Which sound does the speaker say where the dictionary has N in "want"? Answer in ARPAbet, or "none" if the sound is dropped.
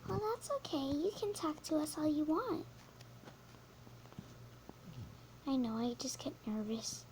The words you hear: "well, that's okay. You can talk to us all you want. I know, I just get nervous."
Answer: N